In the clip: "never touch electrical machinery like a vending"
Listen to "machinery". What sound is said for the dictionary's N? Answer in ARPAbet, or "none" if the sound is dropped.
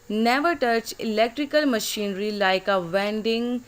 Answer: N